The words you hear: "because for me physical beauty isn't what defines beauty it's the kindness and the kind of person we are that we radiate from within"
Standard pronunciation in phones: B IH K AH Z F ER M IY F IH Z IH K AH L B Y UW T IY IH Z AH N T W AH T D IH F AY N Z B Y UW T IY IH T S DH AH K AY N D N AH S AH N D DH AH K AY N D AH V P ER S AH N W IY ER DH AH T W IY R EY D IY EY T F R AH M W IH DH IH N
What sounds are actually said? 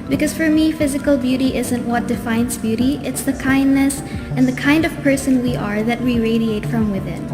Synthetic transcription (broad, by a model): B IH K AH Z F ER M IY F IH Z IH K AH L B Y UW T IY IH Z AH N T W AH T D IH F AY N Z B Y UW T IY IH T S DH AH K AY N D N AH S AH N DH AH K AY N D AH V P ER S AH N W IY ER DH AH T W IY R EY D IY EY T F R AH M W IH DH IH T